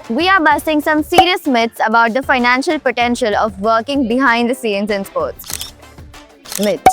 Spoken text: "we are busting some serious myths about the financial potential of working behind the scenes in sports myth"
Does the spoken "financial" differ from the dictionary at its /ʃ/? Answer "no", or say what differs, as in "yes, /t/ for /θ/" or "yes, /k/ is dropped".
no